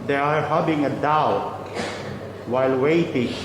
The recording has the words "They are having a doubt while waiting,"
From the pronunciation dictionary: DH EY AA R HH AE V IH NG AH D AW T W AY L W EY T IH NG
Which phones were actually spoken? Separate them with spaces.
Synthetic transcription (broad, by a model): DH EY AA R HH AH B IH NG AH D AW T W AY L W EY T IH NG